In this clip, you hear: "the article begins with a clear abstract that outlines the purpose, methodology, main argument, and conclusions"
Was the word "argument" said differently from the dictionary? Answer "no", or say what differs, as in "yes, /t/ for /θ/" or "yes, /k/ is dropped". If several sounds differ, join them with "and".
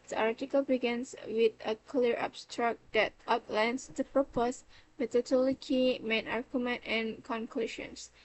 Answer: no